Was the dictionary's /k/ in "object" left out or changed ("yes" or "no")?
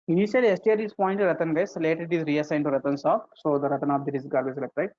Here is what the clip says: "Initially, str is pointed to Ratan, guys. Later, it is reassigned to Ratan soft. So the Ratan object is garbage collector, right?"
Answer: yes